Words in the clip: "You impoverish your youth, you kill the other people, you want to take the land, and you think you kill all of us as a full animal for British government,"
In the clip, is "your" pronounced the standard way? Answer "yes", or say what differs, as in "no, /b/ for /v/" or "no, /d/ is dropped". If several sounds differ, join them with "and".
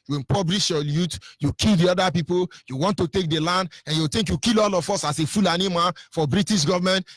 no, /l/ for /ɹ/